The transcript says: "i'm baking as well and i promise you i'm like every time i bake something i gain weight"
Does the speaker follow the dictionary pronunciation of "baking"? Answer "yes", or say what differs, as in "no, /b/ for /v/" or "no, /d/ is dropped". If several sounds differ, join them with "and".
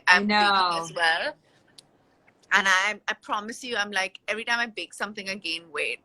no, /k/ is dropped